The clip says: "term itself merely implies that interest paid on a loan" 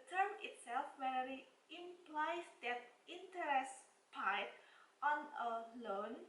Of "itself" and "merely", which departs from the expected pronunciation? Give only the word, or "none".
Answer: merely